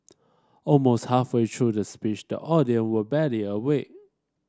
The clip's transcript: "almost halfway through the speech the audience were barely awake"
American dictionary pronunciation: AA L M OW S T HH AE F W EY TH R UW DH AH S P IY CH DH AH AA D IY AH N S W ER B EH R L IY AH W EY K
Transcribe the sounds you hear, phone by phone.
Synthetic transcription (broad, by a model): AA L M OW S T HH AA F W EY T R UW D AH S P IY CH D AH AA D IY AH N W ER B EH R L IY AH W EY